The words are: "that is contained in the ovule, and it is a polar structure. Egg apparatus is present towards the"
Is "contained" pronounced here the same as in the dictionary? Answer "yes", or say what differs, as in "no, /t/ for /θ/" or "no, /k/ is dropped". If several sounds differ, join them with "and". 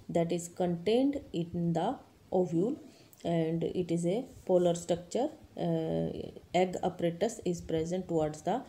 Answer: yes